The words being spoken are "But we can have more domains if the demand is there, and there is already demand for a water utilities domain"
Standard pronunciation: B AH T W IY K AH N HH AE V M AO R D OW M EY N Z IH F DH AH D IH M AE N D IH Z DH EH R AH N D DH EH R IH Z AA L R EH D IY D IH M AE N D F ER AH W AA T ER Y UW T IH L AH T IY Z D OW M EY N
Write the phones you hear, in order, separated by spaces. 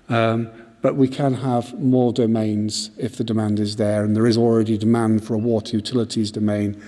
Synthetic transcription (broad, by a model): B AH T W IY K AH N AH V M AO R D OW M EY N Z IH F DH AH D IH M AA N D IH Z DH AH R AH N DH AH R IH Z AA L R EH D IY D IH M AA N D F ER AH W AA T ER Y UW T IH L AH T IY Z D OW M EY N